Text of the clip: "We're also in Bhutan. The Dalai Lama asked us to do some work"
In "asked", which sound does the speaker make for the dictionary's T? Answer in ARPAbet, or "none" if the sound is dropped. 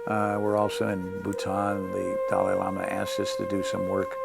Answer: none